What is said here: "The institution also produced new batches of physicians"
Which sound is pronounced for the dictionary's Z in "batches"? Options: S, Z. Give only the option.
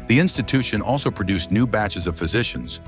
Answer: Z